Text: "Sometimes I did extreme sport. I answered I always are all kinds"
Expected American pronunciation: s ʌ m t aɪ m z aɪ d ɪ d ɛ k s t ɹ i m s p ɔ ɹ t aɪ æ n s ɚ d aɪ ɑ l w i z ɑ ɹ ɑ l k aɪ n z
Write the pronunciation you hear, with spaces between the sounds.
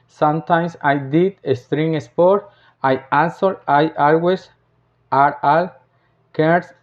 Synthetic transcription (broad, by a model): s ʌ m t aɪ m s aɪ d ɪ d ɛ s t ɹ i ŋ s p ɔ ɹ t aɪ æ n s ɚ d aɪ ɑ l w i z ɑ ɹ ɑ l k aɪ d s